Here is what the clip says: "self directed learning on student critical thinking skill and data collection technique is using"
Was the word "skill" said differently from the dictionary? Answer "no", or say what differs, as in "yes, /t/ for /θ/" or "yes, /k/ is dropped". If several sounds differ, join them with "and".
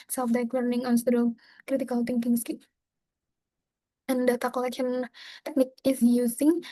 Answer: yes, /n/ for /l/